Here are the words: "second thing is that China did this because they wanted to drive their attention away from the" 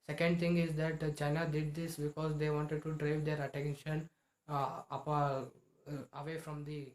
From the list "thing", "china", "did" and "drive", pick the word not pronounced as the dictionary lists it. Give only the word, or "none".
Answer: thing